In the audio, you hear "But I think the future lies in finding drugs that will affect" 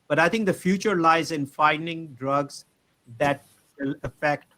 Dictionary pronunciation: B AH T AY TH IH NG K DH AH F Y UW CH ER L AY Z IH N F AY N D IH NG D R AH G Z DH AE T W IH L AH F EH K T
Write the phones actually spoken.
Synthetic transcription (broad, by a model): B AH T AY T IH NG K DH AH F Y UW CH ER L AY Z IH N F AY N D IH NG D R AH G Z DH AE T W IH L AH F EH K T